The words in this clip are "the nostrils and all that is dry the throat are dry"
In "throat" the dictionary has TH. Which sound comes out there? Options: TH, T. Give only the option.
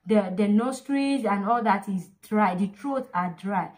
T